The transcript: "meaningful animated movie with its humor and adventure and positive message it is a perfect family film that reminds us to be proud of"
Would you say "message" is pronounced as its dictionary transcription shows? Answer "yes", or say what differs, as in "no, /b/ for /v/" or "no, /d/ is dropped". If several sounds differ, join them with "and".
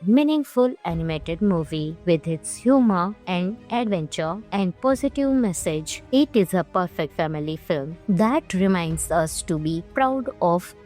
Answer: yes